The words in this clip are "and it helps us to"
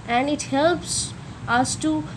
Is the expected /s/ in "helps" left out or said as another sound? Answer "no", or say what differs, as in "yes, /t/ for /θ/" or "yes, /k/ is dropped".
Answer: no